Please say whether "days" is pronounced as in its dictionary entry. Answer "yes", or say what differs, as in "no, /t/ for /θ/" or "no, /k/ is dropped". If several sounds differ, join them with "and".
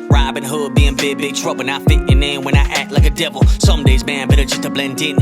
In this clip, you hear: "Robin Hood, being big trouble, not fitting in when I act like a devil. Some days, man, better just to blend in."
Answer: yes